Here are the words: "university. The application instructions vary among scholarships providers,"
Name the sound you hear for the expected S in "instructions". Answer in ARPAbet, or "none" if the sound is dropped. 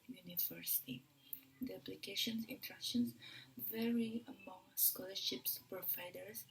none